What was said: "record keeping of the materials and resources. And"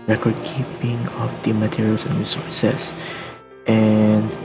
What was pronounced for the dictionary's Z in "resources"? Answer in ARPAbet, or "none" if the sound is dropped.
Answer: S